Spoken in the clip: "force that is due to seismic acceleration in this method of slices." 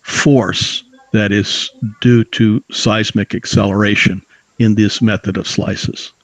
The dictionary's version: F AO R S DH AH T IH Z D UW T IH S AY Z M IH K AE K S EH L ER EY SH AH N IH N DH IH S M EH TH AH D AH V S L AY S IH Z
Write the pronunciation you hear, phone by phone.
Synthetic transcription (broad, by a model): F AO R S DH AH T IH Z D UW T IH S AY Z M IH K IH K S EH L ER EY SH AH N IH N DH IH S M EH TH AH D AH V S L AY S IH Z